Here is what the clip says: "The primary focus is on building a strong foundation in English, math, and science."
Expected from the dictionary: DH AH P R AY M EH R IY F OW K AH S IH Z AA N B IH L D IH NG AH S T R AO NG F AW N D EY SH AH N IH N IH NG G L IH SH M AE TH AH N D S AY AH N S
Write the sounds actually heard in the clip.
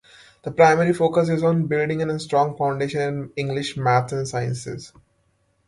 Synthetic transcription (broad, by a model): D AH P R AY M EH R IY F OW K AH S IH Z AA N B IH L D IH NG AH S T R AO NG F AW N D EY SH AH N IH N IH NG G L IH SH M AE T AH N S AY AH N S